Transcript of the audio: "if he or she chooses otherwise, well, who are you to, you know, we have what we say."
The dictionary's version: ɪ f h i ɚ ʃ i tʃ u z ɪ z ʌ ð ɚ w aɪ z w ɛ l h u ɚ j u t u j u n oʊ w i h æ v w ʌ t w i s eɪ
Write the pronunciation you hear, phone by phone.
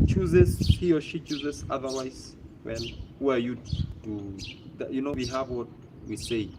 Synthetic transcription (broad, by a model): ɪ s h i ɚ ʃ i tʃ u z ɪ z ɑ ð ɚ w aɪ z w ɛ n h u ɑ j u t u j u n oʊ w i h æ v w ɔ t w i s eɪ